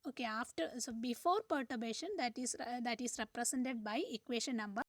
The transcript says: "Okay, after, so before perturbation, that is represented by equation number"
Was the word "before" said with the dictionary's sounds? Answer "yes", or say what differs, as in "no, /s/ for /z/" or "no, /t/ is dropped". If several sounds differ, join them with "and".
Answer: yes